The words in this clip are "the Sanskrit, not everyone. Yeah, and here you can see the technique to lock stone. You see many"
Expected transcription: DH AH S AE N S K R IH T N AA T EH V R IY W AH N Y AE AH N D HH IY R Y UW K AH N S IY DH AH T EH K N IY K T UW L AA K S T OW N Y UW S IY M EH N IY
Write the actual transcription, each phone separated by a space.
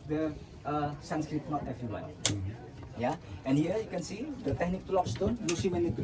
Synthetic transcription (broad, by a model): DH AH S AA N S K R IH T N AA T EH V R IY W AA L Y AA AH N HH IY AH Y UW K AH N S IY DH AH T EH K N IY K T UW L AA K S T OW N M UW S IY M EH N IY